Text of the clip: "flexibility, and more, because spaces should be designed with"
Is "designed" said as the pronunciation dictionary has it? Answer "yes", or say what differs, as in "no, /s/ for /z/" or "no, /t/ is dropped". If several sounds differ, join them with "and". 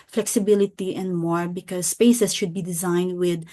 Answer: yes